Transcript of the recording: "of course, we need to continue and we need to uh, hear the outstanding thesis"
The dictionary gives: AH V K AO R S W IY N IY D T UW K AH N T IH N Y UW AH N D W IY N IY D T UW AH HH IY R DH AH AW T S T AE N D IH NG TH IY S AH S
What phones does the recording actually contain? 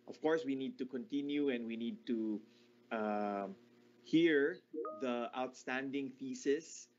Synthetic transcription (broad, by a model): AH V K AO R S W IY N IY D T UW K AH N T IH N Y UW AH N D W IY N IY D T UW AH HH IY R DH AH AW T S T AE N D IH NG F IY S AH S